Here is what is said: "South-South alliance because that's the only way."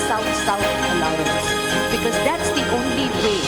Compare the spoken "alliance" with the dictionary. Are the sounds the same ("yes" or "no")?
no